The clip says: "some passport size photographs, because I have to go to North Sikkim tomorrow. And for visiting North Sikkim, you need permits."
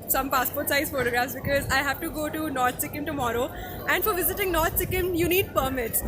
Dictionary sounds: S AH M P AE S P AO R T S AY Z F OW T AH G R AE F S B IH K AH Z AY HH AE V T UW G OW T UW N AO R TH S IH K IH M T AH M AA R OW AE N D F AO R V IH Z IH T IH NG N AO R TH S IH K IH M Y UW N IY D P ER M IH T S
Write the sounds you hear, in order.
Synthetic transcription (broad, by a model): S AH M P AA S P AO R T S AY Z F OW T AH G R AE F S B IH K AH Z AY HH AE V T UW G OW T UW N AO R T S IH K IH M T AH M AA R OW AE N D F AO R V IH Z IH T IH NG N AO R T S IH K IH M Y UW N IY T P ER M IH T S